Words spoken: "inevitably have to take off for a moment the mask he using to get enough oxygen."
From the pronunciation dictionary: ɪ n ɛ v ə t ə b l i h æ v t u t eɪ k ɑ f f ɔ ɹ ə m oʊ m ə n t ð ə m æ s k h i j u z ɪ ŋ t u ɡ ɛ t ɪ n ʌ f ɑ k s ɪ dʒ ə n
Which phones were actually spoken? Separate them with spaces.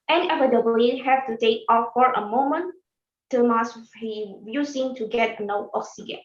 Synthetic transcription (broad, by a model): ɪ n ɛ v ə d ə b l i h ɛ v t u t eɪ k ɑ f f ɔ ɹ ə m oʊ m ə n t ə m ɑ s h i j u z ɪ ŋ t u ɡ ɛ t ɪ n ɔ ɑ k s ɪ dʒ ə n